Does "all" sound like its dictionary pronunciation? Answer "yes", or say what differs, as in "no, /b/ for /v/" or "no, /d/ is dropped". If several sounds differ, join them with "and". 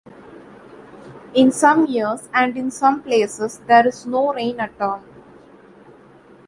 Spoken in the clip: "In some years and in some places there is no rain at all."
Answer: no, /n/ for /l/